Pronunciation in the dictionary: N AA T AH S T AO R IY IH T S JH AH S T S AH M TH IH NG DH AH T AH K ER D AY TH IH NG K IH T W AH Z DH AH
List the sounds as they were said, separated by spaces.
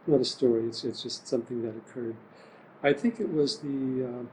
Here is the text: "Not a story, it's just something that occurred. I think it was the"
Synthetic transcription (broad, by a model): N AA T AH S T AO R IY IH T S JH AH S T S AH M TH IH NG DH AH T AH K ER D AY TH IH NG K IH T W AH Z DH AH